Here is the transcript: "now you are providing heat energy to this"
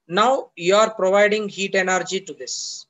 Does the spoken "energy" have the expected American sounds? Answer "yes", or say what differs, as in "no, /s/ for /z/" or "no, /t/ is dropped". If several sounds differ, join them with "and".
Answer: yes